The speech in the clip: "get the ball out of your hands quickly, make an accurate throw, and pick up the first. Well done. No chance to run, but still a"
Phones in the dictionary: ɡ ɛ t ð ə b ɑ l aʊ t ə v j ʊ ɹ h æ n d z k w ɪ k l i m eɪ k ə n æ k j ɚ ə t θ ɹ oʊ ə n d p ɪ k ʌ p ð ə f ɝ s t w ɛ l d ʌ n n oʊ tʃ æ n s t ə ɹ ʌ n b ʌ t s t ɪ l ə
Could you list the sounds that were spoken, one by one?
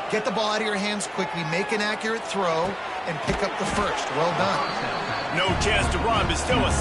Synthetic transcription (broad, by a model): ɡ ɛ t ð ə b ɑ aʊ t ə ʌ ɹ h æ n d z k w ɪ k l i m eɪ k ə n æ k j ɚ ə t θ ɹ oʊ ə n p ɪ k ʌ p ð ə f ɝ s t w ɛ l d ʌ n n oʊ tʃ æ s t ə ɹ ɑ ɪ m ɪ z s t ɪ l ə